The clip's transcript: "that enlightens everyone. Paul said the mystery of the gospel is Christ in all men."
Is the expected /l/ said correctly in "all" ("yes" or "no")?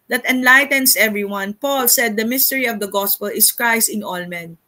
yes